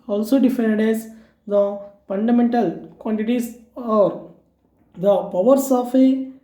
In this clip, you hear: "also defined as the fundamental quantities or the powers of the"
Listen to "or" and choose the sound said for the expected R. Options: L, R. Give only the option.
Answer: R